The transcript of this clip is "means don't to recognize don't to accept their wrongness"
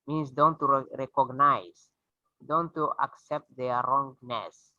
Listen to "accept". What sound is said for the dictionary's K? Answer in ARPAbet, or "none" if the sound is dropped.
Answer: K